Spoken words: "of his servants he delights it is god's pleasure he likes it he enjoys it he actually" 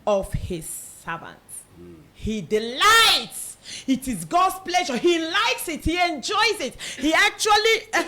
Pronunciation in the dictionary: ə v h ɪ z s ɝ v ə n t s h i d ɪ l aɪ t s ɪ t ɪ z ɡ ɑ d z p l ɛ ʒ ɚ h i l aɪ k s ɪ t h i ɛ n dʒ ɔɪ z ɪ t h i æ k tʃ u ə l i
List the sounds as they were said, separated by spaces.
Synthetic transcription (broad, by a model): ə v h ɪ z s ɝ v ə n t h i d ɪ l aɪ t s ɪ t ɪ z ɡ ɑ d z p l ɛ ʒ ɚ h i l aɪ k s ɪ t h i ɛ n dʒ ɔɪ z ɪ t h i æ k tʃ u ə l i